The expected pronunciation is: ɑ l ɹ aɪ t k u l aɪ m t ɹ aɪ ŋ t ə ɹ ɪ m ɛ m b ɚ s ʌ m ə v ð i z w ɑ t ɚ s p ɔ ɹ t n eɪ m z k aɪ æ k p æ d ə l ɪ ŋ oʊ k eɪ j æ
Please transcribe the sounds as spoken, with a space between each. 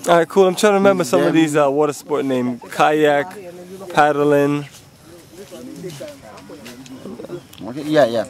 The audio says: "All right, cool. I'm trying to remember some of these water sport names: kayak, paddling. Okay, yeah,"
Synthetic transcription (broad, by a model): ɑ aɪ k u l aɪ m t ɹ aɪ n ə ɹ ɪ m ɛ m b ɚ s ʌ m ə v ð i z w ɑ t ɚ s p ɔ ɹ t n eɪ m k aɪ æ k p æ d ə l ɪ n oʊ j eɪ j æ